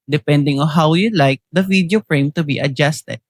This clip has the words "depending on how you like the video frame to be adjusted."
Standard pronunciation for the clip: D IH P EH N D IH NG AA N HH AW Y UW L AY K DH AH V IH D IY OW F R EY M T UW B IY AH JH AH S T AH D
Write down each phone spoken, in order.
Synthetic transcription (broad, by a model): D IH P EH N D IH NG AA N HH AW Y UW L AY K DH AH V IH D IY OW P R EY M T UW B IY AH JH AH S T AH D